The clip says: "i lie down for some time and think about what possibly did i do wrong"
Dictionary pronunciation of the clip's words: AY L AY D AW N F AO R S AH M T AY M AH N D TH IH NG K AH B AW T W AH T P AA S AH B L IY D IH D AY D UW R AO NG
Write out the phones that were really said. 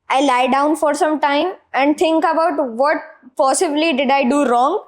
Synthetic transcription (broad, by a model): AY L AY D AW N F AO R S AH M T AY M AH N D T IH NG K AH B AW T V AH T P AA S AH B L IY D IH D AY D UW R AO NG